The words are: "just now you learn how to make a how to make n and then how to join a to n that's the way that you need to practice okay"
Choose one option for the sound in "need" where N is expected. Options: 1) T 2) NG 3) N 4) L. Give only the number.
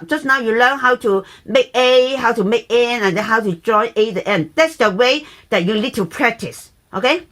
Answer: 4